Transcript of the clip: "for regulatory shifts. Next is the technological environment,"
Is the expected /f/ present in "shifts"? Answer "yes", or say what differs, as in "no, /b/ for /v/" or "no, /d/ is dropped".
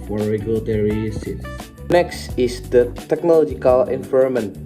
no, /f/ is dropped